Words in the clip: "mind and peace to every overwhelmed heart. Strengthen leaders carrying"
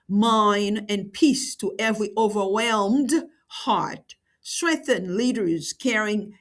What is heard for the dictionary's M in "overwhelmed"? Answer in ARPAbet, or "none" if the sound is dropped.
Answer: M